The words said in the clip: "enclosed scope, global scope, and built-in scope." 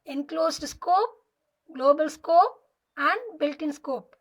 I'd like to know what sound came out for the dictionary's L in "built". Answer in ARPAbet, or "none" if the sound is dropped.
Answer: L